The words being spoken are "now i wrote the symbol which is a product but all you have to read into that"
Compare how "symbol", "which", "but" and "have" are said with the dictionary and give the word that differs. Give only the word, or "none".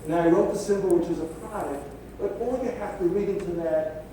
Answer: have